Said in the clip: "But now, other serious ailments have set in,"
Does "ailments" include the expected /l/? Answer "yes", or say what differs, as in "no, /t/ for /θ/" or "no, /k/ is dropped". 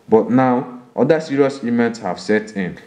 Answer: no, /l/ is dropped